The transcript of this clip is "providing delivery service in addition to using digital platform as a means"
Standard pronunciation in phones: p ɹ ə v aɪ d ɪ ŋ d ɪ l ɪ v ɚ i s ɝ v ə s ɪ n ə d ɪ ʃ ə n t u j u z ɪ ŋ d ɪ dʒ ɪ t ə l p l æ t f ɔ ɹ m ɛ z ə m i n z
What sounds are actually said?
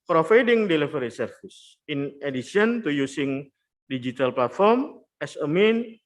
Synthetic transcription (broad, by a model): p ɹ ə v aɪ d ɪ ŋ d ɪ l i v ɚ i s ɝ f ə s ɪ n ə d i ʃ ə n t u j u s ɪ ŋ d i dʒ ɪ t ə l p l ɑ t f ɔ ɹ m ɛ s ə m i n